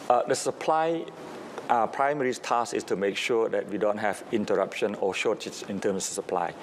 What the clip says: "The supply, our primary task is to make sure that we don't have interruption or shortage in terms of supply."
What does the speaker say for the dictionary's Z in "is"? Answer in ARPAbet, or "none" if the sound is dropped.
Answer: S